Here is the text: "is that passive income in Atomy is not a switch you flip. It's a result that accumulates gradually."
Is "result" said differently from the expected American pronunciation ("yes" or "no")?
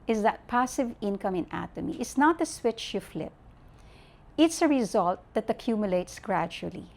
no